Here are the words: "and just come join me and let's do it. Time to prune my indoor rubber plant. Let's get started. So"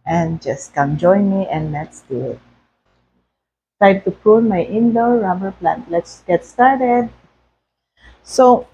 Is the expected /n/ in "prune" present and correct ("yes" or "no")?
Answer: no